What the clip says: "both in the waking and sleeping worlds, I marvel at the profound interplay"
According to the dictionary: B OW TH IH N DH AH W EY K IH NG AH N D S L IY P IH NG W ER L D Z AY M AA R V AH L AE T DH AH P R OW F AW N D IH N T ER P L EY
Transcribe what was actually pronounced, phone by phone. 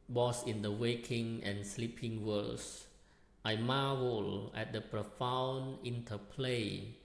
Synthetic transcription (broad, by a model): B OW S IH N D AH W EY K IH NG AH N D S L IY P IH NG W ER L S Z AY M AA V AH L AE T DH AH P R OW F AW N IH N T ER P L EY